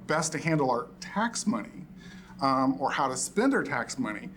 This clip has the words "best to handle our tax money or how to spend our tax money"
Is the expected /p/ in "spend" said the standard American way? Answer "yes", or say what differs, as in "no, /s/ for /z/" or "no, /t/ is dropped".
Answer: yes